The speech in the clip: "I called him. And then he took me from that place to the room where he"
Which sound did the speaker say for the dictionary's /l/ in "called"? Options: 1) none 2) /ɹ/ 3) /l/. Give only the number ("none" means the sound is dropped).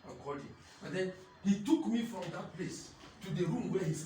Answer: 1